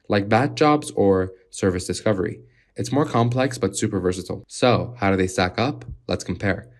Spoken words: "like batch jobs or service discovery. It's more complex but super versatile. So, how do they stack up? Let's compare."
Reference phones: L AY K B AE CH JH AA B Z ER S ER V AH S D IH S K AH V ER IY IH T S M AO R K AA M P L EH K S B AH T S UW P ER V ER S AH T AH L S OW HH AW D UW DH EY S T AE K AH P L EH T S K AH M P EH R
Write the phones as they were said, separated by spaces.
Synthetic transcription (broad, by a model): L AY K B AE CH JH AA B Z ER S ER V AH S D IH S K AH V ER IY IH T S M AO R K AA M P L EH K S B AH T S UW P ER V ER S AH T L S OW HH AW D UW DH EY S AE K AH P L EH T S K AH M P EH R